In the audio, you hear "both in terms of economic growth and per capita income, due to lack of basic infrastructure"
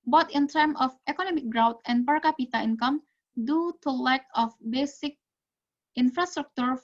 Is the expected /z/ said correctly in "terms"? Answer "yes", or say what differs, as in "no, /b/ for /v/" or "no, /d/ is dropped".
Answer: no, /z/ is dropped